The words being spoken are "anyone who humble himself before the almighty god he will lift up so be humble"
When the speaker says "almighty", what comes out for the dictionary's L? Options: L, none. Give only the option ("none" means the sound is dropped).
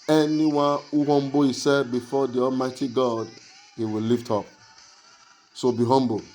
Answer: L